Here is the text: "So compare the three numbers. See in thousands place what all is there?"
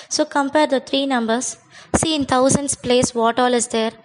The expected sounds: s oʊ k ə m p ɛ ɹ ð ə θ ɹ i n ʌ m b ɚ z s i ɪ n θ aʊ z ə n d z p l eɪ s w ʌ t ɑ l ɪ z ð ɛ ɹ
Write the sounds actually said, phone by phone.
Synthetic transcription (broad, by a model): s oʊ k ə m p ɛ ɹ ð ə t ɹ i n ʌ m b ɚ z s i ɪ n t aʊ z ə n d s p l eɪ s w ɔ t ɑ l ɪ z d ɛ ɹ